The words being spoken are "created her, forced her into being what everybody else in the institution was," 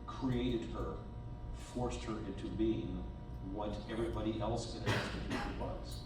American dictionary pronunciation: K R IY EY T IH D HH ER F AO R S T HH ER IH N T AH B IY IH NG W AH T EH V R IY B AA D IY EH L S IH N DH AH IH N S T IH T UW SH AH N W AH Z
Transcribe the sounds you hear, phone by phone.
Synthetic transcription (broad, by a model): K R IY EY T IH D HH ER F AO R S T HH ER IH N T AH B IY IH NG W AH T EH V R IY B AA D IY EH L S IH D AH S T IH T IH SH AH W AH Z